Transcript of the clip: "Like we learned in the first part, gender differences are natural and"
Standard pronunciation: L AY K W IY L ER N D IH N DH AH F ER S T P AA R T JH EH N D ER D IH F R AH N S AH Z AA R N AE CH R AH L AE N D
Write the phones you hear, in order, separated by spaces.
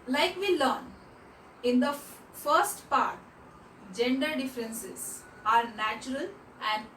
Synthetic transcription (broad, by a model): L AY K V IY L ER N IH N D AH F ER S T P AA R T JH EH N D ER D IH F R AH N S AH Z AA R N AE CH R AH L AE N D